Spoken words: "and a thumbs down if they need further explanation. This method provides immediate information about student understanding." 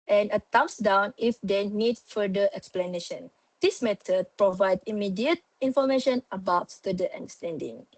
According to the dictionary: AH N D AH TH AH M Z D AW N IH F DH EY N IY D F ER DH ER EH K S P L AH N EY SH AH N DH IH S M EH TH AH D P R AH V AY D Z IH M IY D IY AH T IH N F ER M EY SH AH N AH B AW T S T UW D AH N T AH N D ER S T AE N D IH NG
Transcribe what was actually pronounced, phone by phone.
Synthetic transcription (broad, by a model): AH N AH T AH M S D AW N IH F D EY N IY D F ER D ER EH K S P L AH N EY SH AH N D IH S M EH T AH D P R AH V AY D IH M IY D IY AH T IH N F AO M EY SH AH N AH B AW T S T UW D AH T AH N D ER S T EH N D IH NG